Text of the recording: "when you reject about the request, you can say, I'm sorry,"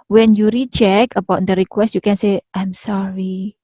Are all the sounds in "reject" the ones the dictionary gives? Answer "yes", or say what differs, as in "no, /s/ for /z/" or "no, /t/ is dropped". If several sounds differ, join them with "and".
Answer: no, /tʃ/ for /dʒ/ and /t/ is dropped